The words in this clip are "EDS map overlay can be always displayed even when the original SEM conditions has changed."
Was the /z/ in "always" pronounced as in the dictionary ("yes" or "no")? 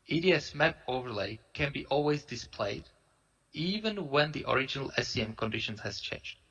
yes